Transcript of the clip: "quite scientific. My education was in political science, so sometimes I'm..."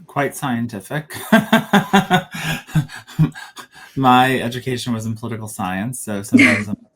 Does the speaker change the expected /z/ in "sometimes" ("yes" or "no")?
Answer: no